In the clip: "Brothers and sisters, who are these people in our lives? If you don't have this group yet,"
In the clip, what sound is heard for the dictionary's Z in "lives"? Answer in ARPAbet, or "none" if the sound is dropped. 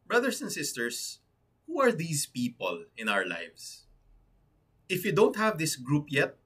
S